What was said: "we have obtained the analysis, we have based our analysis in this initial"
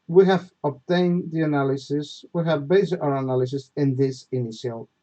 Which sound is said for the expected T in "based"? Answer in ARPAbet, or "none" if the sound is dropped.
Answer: none